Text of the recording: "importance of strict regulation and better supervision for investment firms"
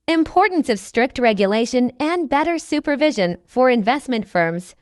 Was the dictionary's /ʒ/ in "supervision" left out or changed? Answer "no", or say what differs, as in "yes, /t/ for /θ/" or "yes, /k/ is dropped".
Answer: no